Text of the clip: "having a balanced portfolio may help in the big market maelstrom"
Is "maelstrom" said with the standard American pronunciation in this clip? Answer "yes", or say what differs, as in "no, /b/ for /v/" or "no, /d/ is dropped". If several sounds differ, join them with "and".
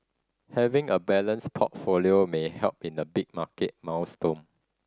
no, /w/ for /l/ and /ɹ/ is dropped